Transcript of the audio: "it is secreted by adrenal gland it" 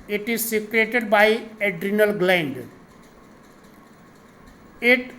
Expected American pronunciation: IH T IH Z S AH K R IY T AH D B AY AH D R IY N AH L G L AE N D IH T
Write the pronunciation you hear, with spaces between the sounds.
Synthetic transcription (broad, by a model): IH T IH Z S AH K R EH T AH D B AY AH D R IY N AH L G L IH N D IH T